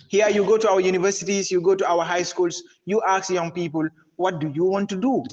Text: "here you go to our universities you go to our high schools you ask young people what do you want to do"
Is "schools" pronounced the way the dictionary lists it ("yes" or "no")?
no